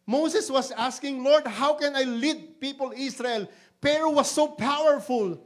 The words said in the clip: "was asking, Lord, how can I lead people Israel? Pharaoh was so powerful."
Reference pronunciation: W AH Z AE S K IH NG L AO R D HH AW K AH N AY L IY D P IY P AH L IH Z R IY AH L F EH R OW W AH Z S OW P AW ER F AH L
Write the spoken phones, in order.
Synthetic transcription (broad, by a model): W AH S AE S K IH NG L AO R D HH AW K AH N AY L IY D P IY P AH L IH S R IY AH L P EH R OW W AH S OW P AW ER F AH L